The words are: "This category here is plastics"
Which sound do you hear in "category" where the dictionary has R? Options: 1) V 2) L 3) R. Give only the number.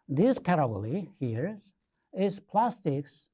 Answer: 2